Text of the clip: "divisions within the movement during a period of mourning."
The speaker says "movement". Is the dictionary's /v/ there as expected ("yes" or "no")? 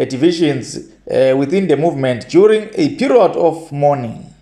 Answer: yes